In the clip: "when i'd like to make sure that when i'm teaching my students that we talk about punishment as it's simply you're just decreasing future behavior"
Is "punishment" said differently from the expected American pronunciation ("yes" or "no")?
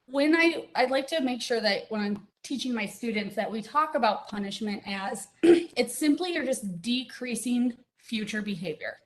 no